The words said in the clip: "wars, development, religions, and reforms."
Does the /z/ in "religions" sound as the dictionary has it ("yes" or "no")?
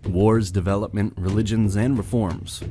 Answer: yes